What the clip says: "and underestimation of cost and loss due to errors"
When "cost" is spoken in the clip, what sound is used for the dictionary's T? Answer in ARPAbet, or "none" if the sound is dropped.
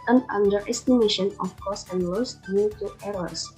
none